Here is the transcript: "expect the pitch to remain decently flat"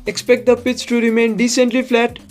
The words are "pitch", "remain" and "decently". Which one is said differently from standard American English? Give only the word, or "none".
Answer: pitch